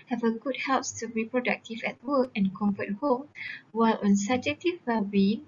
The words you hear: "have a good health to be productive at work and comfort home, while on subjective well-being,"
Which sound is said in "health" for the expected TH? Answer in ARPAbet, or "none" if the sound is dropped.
S